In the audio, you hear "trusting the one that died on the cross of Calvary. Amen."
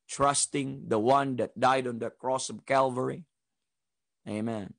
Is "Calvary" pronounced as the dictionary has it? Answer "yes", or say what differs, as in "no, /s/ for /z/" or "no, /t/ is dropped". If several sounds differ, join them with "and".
yes